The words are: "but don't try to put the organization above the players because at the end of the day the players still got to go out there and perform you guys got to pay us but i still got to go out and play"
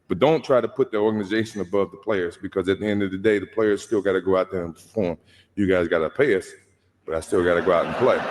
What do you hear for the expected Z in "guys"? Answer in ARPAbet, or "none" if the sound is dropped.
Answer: Z